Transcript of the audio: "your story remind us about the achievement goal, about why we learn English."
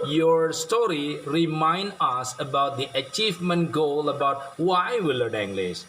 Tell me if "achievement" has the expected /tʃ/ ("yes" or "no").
yes